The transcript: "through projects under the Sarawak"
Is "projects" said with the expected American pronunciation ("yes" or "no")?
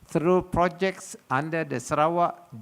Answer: yes